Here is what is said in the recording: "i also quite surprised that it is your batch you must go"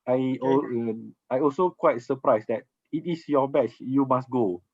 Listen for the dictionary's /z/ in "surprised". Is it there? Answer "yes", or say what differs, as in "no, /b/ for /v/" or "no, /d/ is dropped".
no, /s/ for /z/